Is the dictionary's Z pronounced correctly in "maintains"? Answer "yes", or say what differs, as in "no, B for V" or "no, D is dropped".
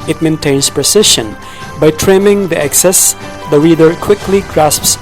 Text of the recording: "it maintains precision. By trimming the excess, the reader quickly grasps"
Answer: no, S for Z